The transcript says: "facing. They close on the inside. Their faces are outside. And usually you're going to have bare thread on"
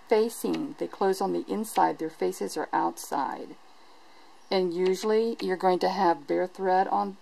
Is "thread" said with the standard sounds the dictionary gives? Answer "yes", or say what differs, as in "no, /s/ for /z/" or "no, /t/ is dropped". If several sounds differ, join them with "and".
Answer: yes